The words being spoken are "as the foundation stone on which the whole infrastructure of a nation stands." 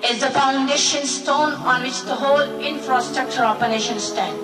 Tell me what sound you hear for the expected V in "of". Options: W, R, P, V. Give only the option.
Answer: P